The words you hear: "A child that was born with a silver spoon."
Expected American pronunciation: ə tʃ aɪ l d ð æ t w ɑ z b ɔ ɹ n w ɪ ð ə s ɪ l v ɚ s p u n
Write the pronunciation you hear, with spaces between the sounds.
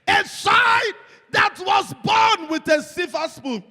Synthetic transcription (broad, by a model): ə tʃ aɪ d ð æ t w ɑ z b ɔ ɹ n w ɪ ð ə s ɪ v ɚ s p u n